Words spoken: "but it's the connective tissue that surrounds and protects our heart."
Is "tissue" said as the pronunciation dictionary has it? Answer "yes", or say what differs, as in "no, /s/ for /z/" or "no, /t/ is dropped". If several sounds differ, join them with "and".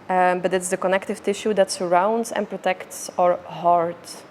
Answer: yes